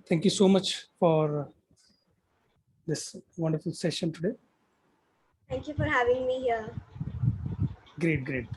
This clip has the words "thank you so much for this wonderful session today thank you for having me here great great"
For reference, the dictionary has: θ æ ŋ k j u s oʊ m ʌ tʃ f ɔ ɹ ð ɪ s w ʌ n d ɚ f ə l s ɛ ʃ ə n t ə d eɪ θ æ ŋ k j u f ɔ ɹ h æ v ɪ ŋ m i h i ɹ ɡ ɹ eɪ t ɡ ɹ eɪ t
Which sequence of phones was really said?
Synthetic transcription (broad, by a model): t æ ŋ k j u s oʊ m ʌ tʃ f ɔ ɹ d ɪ s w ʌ n d ɚ f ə l s ɛ ʃ ə n t ə d eɪ t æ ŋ k j u f ɔ ɹ h æ v ɪ ŋ m i h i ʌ ɡ ɹ eɪ t ɡ ɹ eɪ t